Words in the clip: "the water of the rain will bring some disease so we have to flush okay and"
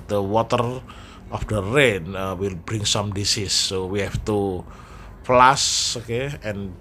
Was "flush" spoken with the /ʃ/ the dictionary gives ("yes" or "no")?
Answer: no